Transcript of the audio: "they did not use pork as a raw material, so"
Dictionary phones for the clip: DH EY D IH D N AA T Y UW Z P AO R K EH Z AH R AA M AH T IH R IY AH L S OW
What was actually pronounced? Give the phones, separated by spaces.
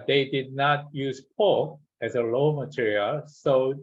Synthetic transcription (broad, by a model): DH EY D IH D N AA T Y UW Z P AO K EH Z AH L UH M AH T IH R IY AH L S OW